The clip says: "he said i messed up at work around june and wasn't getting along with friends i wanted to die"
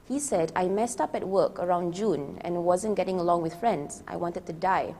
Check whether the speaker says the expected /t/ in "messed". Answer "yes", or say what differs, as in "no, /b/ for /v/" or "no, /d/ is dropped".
yes